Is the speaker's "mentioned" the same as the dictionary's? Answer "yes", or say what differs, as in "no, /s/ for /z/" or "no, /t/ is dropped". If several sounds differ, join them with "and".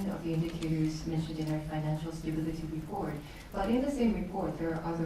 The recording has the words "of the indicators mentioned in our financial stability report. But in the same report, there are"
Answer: yes